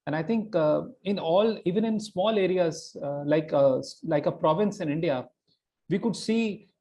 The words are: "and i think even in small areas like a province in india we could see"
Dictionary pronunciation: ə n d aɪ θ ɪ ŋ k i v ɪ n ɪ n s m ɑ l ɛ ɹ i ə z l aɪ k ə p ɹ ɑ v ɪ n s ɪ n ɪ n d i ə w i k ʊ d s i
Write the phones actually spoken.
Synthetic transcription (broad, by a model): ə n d aɪ t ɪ ŋ k i v ɪ n ɪ n s m ɑ l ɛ ɹ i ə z l aɪ k ə p ɹ ɑ v ɪ n s ɪ n ɪ n d i ə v i k ʊ d s i